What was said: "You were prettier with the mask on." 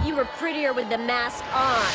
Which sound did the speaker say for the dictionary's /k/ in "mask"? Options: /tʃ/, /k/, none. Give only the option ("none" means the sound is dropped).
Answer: /k/